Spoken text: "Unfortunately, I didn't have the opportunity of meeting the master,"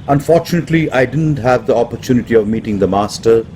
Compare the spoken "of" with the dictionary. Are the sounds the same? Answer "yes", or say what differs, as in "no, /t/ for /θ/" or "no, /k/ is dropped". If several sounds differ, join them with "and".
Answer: yes